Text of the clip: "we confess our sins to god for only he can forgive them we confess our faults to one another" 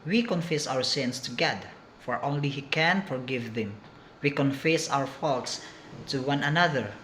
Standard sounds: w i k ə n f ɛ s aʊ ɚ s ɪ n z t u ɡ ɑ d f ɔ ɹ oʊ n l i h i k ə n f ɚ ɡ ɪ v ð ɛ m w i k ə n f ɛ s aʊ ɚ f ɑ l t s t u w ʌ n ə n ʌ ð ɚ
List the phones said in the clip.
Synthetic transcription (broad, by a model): w i k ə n f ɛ s aʊ ɚ s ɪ n s t u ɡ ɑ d f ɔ ɹ oʊ n l i h i k ə n f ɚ ɡ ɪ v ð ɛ m w i k ə n f ɛ s aʊ ɚ f ɑ l t s t u w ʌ n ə n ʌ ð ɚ